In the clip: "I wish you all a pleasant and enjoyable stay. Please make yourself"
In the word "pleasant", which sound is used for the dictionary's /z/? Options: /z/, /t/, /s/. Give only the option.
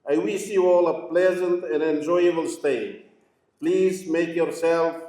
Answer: /z/